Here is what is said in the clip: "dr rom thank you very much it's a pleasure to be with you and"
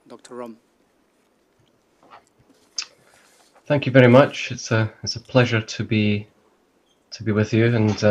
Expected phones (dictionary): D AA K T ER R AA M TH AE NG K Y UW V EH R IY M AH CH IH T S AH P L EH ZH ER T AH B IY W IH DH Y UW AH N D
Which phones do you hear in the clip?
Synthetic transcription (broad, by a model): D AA K T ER R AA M TH AE NG K Y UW V EH R IY M AH CH IH T S AH P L EH ZH ER T AH B IY W IH DH Y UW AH N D